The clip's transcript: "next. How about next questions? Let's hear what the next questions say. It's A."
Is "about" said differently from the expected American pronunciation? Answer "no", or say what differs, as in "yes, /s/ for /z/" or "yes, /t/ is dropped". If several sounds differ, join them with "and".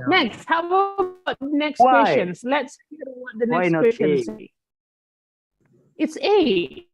yes, /b/ is dropped